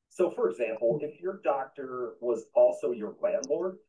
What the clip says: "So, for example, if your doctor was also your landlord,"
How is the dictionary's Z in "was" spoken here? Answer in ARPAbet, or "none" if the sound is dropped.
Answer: Z